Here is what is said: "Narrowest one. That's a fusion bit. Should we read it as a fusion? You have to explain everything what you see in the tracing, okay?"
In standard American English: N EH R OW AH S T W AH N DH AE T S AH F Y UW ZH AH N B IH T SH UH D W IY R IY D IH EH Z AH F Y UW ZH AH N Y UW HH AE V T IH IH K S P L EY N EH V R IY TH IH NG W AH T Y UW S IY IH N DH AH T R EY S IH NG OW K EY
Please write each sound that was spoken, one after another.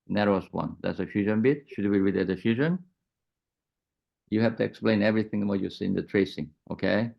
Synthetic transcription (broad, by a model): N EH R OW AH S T W AH N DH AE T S AH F Y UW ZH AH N B IH T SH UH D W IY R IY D IH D AH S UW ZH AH N Y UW HH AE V T IH IH K S P L EY N EH V R IY TH IH NG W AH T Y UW S IY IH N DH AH T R EY S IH NG OW K EY